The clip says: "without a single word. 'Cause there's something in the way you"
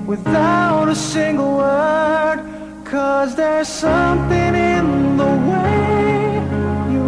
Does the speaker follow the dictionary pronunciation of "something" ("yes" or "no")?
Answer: yes